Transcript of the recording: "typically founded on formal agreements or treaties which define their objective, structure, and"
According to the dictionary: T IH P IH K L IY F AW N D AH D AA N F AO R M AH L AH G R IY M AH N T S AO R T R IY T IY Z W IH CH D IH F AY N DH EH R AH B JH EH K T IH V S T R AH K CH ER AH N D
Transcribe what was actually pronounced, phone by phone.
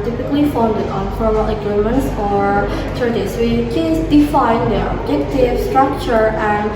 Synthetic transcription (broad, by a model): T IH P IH K L IY F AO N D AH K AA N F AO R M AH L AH G R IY M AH N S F AO R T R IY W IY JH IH S D IH F AY N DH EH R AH B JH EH K T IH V S T R AH K CH ER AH N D